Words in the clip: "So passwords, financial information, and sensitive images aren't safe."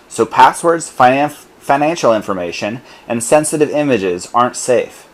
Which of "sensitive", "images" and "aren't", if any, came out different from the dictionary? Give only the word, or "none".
none